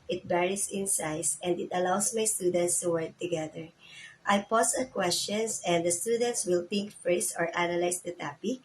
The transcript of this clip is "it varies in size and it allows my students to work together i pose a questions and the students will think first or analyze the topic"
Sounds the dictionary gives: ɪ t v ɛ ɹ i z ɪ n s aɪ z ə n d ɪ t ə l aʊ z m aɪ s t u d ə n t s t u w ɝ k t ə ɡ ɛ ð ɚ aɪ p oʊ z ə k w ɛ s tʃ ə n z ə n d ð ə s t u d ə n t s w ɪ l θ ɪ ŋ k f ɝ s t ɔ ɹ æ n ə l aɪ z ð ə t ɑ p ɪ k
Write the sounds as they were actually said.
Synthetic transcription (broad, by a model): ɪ t b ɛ ɹ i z ɪ n s aɪ s ə n d ɪ t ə l aʊ s m aɪ s t u d ə n t s t u w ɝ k t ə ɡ ɛ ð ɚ aɪ p oʊ s ə k w ɛ s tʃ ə n s ə n d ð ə s t u d ə n t s w ɪ l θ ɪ ŋ k f ɝ s t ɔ ɹ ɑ n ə l aɪ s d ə t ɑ p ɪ k